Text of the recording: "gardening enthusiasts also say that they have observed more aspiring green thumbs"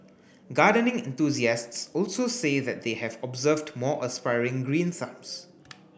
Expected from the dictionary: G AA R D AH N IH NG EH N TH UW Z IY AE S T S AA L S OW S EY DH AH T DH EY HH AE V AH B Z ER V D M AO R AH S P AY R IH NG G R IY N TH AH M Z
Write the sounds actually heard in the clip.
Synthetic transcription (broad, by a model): G AA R D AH N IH NG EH N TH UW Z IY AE S T S AA L S OW S EY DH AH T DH EY HH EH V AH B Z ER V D M AO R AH S P AY R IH NG G R IY N S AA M S